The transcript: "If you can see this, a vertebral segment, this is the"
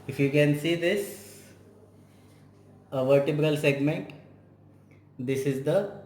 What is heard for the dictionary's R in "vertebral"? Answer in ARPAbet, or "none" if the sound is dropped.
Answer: R